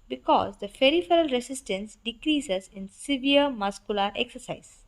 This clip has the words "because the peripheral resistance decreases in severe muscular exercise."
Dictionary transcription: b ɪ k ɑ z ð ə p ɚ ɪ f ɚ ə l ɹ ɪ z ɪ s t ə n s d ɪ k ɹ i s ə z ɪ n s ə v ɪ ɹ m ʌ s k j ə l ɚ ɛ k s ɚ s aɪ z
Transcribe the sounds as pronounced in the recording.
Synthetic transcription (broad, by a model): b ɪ k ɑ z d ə f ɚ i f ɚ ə l ɹ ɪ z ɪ s t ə n s d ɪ k ɹ i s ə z ɪ n s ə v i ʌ m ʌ s k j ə l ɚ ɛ k s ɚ s aɪ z